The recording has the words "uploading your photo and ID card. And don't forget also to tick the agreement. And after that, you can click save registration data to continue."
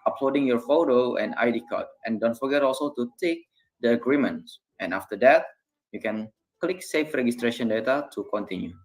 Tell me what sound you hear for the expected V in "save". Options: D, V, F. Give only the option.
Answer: F